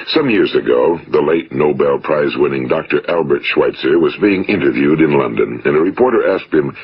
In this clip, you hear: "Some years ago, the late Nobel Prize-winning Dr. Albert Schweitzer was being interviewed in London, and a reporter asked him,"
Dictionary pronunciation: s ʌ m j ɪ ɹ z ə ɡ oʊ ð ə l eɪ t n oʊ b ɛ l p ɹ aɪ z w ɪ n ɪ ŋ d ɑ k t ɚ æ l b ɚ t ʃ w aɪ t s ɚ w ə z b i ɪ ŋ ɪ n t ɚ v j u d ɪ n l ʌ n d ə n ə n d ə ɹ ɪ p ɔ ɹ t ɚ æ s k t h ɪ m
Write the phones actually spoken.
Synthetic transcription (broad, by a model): s ʌ m j ɪ ɹ z ə ɡ oʊ ð ə l eɪ t n oʊ b ɛ l p ɹ aɪ z w ɪ n ɪ ŋ d ɑ k t ɚ æ l b ɚ t ʃ w aɪ t s ɚ w ə z b i ɪ ŋ ɪ n t ɚ v j u d ɪ n l ʌ n d ə n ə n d ə ɹ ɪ p ɔ ɹ t ɚ æ s k t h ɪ m